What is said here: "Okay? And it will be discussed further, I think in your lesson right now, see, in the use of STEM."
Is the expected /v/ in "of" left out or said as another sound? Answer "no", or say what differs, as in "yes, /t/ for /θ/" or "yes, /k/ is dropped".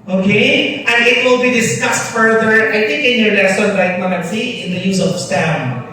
yes, /p/ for /v/